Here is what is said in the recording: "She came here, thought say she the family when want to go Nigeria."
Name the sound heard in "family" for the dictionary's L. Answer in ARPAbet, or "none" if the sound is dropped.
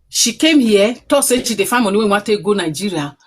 N